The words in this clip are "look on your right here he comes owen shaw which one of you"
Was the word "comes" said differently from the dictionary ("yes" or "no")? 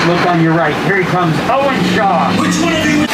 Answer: no